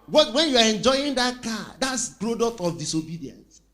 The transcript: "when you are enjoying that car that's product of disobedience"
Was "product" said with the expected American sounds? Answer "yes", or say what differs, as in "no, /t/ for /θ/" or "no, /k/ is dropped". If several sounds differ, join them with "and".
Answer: no, /k/ is dropped